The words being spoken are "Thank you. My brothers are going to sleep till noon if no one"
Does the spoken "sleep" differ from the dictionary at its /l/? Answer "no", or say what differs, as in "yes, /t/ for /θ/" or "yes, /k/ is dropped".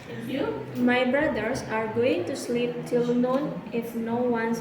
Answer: no